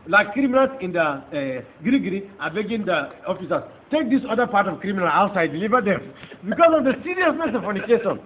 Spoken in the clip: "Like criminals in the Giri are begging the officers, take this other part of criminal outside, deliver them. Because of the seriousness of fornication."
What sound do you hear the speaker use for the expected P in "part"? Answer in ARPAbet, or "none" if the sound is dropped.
P